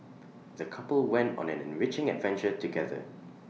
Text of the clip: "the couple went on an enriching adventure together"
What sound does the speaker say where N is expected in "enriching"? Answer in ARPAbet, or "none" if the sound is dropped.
N